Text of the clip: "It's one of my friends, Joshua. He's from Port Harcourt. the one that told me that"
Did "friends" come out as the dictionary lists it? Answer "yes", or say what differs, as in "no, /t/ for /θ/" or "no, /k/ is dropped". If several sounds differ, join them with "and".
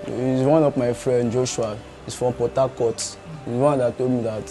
no, /z/ is dropped